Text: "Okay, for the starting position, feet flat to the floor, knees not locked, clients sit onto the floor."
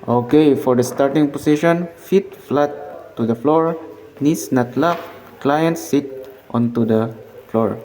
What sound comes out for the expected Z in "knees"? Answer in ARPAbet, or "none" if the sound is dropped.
S